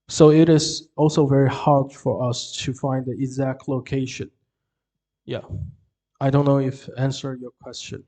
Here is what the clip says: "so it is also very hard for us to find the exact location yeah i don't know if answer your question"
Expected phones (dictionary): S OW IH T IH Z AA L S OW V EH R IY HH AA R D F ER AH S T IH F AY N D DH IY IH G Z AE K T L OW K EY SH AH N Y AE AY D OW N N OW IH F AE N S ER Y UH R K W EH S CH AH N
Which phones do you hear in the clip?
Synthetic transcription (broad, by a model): S OW IH T IH Z AA L S OW V EH R IY HH AA R D F ER AH S T IH F AY N D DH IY IH G Z AE K T L OW K EY SH AH N Y AE AY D OW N N OW IH F AE N S ER Y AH R K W EH S CH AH N